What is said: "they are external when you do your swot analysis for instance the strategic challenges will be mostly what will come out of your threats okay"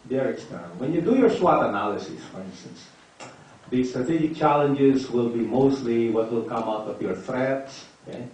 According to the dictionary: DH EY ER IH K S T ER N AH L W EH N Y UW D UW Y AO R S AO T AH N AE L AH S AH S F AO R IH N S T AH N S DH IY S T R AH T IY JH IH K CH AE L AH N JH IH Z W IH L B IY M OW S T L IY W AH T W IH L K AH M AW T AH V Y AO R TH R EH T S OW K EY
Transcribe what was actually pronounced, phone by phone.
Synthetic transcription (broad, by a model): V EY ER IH K S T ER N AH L W EH N Y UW D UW Y AO R S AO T AH N AE L AH S AH S F AO R IH N S T AH N S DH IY S T R AH T IY JH IH K CH AE L AH N JH IH Z W IH L B IY M OW S T L IY W AH T W IH L K AH M AW T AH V Y AO R TH R EH T S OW K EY